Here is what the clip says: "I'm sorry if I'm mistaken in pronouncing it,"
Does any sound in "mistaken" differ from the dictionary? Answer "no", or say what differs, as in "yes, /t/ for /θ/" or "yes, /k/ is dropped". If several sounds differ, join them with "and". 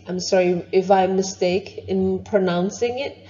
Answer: yes, /k/ is dropped